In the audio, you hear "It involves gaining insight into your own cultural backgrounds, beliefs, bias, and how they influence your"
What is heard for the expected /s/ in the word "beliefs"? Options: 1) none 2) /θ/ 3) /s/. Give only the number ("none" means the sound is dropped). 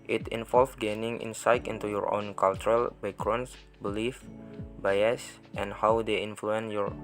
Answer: 1